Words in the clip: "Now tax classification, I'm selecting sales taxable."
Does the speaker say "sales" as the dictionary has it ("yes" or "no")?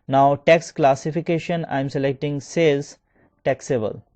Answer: no